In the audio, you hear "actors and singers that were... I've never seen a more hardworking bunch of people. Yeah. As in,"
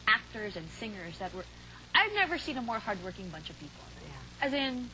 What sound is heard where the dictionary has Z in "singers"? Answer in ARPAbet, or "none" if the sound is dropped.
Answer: Z